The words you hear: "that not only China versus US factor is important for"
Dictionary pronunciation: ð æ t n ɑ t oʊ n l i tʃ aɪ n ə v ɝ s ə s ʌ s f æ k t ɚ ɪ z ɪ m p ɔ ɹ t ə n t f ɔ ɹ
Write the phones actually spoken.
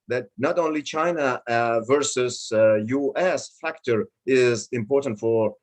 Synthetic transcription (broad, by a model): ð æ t n ɑ t oʊ n l i tʃ aɪ n ə v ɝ s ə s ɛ s f æ k t ɚ ɪ z ɪ m p ɔ ɹ t ə n t f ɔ ɹ